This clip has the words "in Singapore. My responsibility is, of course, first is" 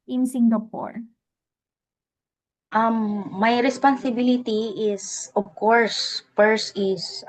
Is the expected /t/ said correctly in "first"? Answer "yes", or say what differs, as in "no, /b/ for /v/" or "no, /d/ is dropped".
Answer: no, /t/ is dropped